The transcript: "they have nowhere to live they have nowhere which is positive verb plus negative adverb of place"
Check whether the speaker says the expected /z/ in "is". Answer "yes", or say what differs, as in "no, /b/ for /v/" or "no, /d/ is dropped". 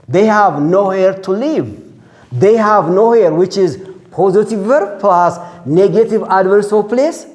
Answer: yes